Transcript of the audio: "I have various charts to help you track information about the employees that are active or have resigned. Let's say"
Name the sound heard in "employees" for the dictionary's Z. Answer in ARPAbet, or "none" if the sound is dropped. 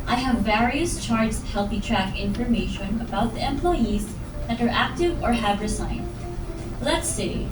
Z